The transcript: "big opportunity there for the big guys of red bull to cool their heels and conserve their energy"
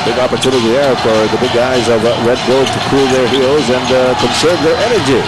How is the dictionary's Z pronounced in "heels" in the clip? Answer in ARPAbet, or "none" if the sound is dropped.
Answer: Z